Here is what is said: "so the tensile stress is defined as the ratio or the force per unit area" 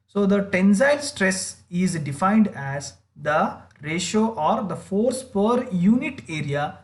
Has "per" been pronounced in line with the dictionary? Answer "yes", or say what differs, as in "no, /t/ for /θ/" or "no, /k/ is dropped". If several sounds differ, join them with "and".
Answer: yes